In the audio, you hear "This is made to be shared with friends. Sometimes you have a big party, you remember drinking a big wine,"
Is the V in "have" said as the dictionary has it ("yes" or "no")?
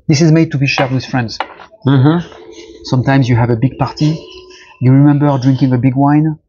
yes